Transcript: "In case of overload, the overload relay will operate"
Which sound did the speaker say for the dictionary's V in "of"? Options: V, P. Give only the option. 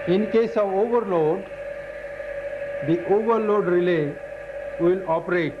V